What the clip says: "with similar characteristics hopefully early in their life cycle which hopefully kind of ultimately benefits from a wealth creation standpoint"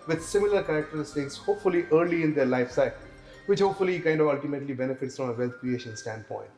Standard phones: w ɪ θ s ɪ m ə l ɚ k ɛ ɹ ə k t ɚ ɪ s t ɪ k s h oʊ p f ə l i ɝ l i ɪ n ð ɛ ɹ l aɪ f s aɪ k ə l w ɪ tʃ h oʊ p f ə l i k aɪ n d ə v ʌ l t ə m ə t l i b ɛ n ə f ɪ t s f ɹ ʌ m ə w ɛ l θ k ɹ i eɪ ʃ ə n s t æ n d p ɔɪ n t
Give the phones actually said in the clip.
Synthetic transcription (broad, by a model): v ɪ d s ɪ m ə l ɚ k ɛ ɹ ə k t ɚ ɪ s t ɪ k s h oʊ p f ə l i ɝ l i ɪ n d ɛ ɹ l aɪ f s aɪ ə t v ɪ tʃ h oʊ p f ə l i k aɪ n d ə v ʌ l t ə m ə t l i b ɛ n ə f ɪ t s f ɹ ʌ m ə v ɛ l t k ɹ i eɪ ʃ ə n s t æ n d p ɔɪ n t